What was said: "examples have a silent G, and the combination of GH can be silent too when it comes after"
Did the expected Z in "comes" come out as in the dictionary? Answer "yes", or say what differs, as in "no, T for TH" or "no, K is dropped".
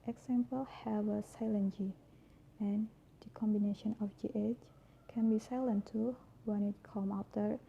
no, Z is dropped